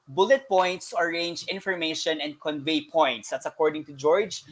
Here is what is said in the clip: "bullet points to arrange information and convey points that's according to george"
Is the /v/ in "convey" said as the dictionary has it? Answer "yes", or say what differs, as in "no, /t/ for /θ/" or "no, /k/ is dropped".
yes